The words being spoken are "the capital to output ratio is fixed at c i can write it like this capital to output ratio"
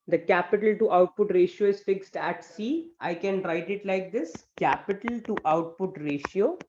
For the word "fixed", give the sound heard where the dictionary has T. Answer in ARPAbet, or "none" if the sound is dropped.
T